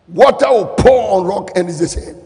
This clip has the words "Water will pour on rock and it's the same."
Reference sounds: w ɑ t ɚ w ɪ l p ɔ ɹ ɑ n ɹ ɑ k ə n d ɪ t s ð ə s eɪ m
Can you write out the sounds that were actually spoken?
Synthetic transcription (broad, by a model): w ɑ t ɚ w ɪ l p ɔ ɑ n ɹ ɑ k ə n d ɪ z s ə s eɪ